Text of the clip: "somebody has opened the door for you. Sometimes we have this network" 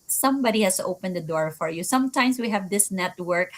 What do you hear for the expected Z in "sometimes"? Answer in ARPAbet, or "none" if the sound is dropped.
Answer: S